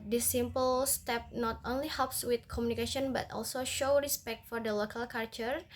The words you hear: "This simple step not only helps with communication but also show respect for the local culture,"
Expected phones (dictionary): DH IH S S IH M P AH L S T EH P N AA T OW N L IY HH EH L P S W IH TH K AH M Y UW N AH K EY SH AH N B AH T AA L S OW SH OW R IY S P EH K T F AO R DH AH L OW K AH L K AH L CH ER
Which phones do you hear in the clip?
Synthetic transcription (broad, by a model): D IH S S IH M P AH L S T EH P N AA T OW N L IY HH EH L P S W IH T K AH M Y UW N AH K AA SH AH N B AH T AA L S OW SH OW R IY S P EH K T F AO R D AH L OW K AH L K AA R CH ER